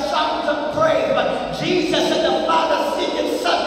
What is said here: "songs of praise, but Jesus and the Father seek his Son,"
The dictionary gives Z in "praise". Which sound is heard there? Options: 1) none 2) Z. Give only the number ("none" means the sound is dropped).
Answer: 1